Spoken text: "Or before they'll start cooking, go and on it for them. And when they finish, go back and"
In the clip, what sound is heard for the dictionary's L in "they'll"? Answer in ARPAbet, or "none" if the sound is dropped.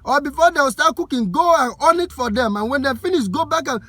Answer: W